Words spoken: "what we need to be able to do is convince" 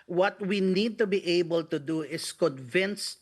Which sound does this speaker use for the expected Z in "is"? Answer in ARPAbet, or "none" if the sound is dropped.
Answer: S